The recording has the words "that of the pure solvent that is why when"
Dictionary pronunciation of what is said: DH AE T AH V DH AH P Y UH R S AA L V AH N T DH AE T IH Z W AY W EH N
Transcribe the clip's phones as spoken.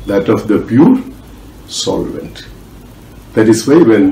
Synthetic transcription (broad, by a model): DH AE T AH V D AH P Y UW R S AA L V AH N T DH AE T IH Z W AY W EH N